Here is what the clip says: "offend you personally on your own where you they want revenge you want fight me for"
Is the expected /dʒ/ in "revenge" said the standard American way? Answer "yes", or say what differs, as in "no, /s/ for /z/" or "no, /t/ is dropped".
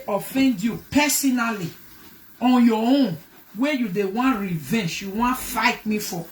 no, /ʃ/ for /dʒ/